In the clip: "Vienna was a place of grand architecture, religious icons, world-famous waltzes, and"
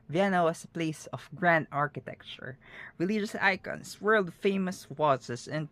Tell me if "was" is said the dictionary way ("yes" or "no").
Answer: no